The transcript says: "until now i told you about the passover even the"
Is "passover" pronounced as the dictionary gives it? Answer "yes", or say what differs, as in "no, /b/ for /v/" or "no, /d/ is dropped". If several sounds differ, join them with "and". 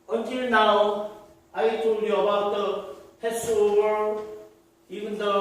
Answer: no, /w/ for /v/